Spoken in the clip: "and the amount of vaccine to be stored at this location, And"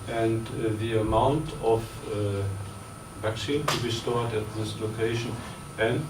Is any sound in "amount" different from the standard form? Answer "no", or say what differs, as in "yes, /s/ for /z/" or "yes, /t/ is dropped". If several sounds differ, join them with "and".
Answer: no